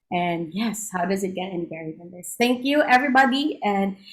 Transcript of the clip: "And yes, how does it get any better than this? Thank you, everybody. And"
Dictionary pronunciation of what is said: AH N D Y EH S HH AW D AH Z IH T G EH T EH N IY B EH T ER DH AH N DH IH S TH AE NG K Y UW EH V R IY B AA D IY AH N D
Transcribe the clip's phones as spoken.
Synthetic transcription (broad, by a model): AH N Y EH S HH AW D AH Z IH T G EH T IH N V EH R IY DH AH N DH IH S TH AE NG K Y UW EH V R IY B AA D IY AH N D